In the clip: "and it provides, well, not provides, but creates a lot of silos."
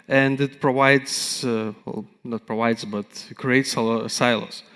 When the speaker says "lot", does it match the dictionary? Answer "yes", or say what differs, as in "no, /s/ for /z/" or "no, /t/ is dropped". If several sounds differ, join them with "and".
no, /t/ is dropped